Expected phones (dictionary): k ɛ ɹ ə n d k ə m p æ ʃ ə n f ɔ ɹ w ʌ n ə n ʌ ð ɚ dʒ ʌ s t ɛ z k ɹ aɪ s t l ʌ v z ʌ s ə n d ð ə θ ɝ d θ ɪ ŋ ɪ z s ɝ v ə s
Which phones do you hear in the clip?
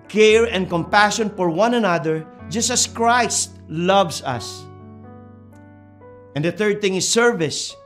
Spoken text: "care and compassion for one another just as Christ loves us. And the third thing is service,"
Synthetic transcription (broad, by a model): k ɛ ɹ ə n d k ə m p æ ʃ ə n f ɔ ɹ w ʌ n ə n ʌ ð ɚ dʒ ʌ s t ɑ s k ɹ aɪ s t l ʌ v s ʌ s ə n d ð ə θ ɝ d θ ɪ ŋ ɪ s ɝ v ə s